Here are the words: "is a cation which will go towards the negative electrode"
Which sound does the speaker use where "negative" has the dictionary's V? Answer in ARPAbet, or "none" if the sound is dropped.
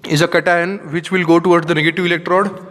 V